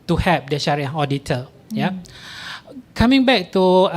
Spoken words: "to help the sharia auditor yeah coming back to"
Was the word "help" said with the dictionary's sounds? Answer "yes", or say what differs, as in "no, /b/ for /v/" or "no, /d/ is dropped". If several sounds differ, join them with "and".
no, /l/ is dropped